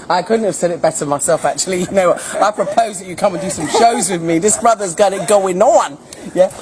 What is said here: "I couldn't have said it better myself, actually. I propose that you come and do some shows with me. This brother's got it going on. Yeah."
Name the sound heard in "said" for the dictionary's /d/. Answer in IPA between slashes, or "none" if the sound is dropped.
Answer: /d/